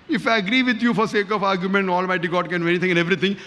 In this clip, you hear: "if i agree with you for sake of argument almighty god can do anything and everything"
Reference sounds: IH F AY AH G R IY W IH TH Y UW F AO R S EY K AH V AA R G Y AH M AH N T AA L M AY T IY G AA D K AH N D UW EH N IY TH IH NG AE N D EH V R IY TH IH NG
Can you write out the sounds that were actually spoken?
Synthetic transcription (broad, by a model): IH F AY AH G R IY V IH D Y UW F AO R S EY K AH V AA R G Y AH M AH N T AA L M AY T IY G AA D K AH N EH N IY T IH NG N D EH V R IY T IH NG